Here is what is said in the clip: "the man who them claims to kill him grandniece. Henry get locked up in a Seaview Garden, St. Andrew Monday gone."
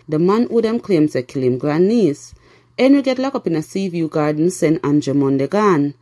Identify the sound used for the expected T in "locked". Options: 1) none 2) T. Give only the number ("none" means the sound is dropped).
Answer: 1